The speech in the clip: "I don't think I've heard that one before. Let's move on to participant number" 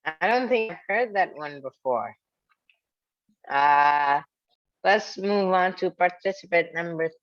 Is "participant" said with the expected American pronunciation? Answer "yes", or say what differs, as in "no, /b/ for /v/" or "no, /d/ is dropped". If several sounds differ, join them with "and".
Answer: no, /n/ is dropped